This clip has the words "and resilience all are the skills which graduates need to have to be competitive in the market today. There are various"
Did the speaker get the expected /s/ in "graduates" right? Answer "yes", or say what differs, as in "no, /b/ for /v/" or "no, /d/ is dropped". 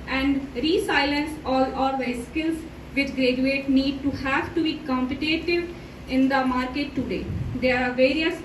no, /s/ is dropped